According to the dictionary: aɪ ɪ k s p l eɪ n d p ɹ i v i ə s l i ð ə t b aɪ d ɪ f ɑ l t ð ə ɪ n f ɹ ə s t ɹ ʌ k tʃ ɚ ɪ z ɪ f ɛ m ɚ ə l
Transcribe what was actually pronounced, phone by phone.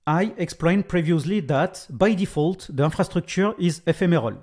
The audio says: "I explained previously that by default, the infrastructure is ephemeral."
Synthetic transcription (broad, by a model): aɪ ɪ k s p l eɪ n p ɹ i v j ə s l i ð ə t b aɪ d ɪ f ɑ l t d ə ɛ f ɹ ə s t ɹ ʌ k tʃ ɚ ɪ z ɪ f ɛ m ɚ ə l